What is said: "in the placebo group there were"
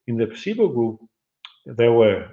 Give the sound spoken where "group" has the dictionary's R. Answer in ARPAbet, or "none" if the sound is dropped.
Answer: none